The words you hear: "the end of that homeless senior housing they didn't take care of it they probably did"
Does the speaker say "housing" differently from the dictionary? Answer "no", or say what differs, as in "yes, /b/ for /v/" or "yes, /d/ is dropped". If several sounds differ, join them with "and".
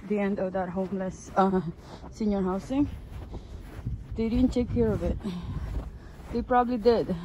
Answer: yes, /s/ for /z/